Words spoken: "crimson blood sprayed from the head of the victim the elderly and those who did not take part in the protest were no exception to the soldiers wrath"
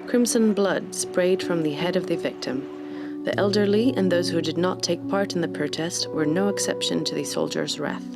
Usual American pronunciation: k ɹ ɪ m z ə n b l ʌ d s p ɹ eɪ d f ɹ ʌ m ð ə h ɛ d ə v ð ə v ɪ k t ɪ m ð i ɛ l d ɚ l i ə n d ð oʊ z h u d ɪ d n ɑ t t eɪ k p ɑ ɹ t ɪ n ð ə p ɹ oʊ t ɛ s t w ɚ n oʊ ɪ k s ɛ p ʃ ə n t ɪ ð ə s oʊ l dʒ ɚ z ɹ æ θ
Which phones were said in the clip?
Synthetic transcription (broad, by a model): k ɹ ɪ m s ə n b l ʌ d s p ɹ eɪ d f ɹ ʌ m ð ə h ɛ d ə v ð ə v ɪ k t ɪ m ð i ɛ l d ɚ l i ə n ð oʊ z h u d ɪ d n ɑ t t eɪ k p ɑ ɹ t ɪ n ð ə p ɹ oʊ t ɛ s t w ɚ n oʊ ɪ k s ɛ p ʃ ə n t ɪ ð ə s oʊ l dʒ ɚ z ɹ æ θ